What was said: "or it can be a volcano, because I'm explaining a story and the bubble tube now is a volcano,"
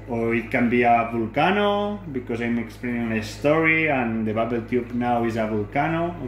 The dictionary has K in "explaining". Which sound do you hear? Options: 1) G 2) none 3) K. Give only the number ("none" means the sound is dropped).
3